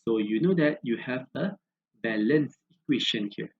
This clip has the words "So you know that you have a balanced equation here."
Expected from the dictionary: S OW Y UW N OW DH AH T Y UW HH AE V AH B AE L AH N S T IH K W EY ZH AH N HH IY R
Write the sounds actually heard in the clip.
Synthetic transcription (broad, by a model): S OW Y UW N OW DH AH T Y UW HH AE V AH B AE L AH N S IH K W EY SH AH N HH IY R